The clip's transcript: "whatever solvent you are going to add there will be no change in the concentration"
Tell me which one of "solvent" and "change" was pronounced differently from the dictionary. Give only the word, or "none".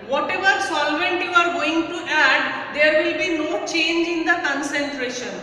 none